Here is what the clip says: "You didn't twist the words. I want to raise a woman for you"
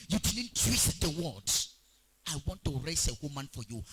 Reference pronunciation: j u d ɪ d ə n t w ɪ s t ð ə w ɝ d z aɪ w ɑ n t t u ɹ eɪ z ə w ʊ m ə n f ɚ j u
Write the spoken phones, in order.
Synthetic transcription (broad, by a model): j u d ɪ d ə n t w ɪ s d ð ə w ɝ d aɪ w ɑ n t t u ɹ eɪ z ə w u m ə n f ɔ j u